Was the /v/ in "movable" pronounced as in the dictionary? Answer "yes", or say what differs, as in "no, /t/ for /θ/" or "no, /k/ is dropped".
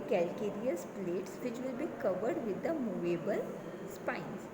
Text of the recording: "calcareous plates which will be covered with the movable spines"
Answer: yes